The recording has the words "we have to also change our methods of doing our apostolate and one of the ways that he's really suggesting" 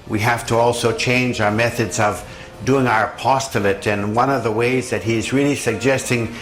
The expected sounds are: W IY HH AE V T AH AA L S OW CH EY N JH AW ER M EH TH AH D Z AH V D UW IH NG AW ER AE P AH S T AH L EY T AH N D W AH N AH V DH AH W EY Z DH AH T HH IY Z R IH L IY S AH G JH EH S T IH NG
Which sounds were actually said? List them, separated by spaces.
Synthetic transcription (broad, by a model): W IY HH AE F T AH AA L S OW CH EY N JH AW ER M EH TH AH D Z AH V D UW IH NG AW ER P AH S T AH L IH T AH N W AH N AH V DH AH W EY Z DH AH T HH IY Z R IH L IY S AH G JH EH S T IH NG